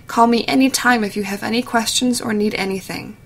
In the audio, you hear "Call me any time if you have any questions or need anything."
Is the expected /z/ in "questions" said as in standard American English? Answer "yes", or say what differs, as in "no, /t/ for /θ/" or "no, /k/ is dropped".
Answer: yes